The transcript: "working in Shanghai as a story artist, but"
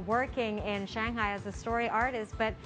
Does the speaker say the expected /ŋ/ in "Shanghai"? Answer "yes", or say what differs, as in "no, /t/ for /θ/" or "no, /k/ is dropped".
yes